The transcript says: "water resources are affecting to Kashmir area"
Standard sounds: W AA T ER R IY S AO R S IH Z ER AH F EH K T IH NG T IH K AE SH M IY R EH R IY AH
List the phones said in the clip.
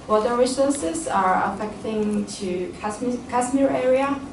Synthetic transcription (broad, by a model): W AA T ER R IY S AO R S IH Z ER AH F EH K T IH NG T IH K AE S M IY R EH R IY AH